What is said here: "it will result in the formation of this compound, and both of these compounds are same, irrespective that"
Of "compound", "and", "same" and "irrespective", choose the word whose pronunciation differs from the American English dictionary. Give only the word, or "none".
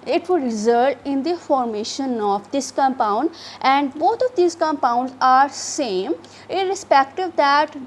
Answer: none